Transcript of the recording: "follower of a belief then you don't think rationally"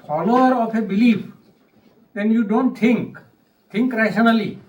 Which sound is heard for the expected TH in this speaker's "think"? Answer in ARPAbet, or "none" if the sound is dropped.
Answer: T